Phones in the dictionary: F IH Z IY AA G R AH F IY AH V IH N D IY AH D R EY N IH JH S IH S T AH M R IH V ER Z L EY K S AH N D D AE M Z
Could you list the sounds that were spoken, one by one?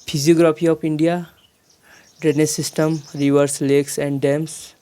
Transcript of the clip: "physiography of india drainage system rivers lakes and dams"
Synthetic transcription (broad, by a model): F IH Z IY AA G R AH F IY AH P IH N D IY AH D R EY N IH S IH S T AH M R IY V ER S L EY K S AH N D D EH M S